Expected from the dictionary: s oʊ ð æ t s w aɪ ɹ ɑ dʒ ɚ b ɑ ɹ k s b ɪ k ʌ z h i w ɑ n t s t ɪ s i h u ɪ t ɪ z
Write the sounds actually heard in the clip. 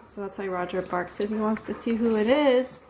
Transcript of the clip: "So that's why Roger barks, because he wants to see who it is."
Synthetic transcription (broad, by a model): s oʊ ð æ t s w aɪ ɹ ɑ dʒ ɚ b ɑ ɹ k s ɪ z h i w ɑ n t s t ɪ s i h u ɪ t ɪ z